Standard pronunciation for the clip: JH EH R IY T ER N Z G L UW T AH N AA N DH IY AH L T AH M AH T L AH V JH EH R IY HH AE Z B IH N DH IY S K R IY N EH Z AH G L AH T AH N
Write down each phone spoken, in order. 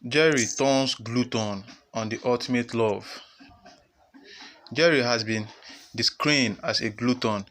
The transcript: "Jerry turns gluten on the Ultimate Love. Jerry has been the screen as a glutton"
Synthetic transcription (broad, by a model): JH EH R IY T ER N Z G L UW T AH N AA N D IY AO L T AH M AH T L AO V JH EH R IY HH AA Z B IH N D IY S K R IY N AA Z AH G L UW T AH N